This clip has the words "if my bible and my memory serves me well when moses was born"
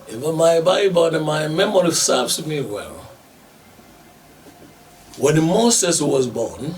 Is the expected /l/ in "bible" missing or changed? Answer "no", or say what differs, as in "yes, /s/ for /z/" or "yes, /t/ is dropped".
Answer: yes, /n/ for /l/